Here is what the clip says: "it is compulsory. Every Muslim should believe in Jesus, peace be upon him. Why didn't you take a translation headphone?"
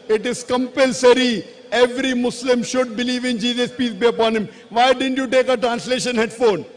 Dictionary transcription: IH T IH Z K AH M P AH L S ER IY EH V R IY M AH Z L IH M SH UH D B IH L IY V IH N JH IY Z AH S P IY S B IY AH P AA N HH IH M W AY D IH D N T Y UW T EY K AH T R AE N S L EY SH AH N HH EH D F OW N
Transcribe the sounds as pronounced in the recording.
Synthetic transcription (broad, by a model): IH T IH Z K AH M P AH L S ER IY EH V R IY M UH S L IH M SH UH D B IH L IY V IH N JH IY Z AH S P IY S B IY AH P AA N HH IH M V AY D IH D N T Y UW T EY K AH T R AE N S L EY SH AH N HH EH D F OW N